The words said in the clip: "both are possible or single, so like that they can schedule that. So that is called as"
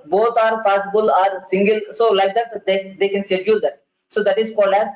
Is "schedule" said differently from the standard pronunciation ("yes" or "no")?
yes